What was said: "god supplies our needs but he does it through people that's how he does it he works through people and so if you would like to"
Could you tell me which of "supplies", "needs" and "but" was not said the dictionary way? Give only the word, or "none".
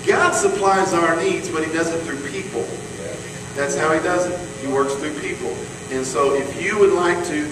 none